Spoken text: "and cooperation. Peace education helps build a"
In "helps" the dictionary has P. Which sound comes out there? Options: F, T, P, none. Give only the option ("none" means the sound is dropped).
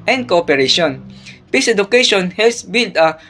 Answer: none